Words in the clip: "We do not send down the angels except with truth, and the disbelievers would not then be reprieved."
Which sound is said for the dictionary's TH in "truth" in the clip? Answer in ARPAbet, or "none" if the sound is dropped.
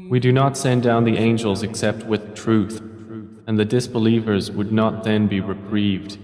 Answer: TH